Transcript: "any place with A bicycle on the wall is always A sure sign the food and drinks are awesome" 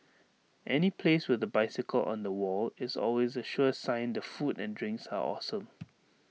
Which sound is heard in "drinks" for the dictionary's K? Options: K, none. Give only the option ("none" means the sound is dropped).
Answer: K